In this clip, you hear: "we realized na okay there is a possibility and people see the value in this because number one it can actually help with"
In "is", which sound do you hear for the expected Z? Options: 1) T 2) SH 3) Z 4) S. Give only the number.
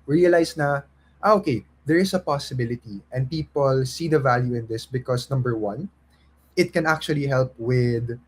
4